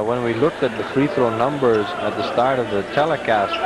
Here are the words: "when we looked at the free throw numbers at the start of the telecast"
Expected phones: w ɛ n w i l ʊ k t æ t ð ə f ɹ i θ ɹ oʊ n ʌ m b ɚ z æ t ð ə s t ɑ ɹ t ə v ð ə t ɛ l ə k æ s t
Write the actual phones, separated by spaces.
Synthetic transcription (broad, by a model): w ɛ n w i l ʊ k t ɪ t ð ə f ɹ i θ ɹ oʊ n ʌ m b ɚ z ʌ t ð ə s t ɑ ɹ t ə v ð ə t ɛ l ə k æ s